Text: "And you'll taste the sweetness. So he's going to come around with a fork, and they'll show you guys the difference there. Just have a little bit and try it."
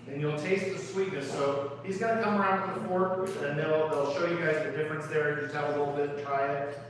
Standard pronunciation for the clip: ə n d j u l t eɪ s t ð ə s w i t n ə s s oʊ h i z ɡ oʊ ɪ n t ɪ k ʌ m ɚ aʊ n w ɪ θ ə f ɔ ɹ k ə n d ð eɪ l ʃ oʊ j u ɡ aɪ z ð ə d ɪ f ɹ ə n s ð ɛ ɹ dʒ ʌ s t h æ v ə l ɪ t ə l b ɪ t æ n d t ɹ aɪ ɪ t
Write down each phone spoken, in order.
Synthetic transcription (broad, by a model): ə n j u l t eɪ s t ð ə s w i t n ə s s oʊ h i z ɡ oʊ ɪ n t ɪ k ʌ m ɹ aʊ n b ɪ ə f ɔ ɹ ə n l ð eɪ l ʃ oʊ j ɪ ɡ aɪ z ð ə d ɪ f ɹ ə n s ð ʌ ɹ dʒ ʌ s t h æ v ə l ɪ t l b ɪ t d t ɹ aɪ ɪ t